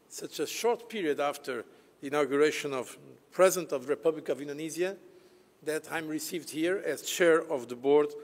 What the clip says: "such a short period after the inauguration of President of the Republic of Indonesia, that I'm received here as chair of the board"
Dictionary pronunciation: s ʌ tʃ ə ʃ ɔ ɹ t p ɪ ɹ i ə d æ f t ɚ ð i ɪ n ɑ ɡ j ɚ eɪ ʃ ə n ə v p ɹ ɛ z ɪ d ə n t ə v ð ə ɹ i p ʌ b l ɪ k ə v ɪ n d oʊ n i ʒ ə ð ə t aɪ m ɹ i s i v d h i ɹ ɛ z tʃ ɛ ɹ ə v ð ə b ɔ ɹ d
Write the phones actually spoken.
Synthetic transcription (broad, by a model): s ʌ tʃ ə ʃ ɔ ɹ t p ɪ ɹ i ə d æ f t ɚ ð i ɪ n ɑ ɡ j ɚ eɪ ʃ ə n ə v p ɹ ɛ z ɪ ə n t ə v ð ə ɹ i p ʌ b l ɪ k ə v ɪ n d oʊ n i z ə ð ə t aɪ m ɹ i s i v d h i ɹ ɛ z tʃ ɛ ɹ ə v ð ə b ɔ ɹ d